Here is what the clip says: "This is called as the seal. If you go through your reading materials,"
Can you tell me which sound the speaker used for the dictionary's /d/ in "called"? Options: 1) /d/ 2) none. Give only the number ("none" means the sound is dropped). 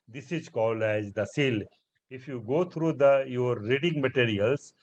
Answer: 2